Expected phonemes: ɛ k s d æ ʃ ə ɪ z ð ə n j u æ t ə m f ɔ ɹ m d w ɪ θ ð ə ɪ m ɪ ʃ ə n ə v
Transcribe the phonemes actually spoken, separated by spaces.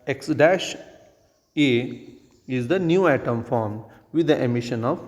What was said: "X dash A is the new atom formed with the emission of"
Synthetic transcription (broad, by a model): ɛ k s d æ ʃ ə ɪ z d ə n j u æ t ə m f ɔ ɹ m d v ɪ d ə ɪ m ɪ ʃ ə n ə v